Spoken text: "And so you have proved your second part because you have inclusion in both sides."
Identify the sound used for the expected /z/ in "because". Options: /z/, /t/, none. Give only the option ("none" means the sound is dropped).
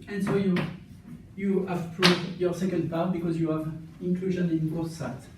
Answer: /z/